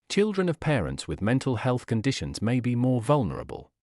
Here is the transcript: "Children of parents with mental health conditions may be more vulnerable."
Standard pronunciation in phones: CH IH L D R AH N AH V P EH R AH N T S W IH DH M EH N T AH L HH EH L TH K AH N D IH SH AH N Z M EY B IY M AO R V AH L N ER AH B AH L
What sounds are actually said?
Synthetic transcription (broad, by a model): CH IH L D R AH N AH V P EH R AH N T S W IH DH M EH N T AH L HH EH L TH K AH N D IH SH AH N Z M EY B IY M AO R V AH L N ER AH B AH L